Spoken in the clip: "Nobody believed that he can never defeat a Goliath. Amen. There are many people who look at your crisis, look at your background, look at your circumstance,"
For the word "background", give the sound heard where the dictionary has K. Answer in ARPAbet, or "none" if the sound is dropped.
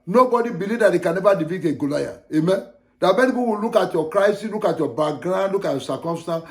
none